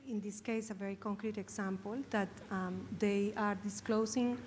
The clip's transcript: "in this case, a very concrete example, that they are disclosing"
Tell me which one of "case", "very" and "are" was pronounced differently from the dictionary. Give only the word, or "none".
none